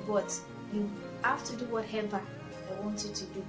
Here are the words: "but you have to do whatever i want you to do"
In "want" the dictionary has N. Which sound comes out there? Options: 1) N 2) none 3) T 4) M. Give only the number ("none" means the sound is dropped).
1